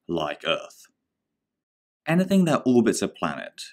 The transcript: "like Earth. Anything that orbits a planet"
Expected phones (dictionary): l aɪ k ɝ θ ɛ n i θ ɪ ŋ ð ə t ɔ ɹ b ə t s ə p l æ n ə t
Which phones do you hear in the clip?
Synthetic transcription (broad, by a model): l aɪ k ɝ θ ɛ n i θ ɪ ŋ ð ə t ɔ l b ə t s ə p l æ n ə t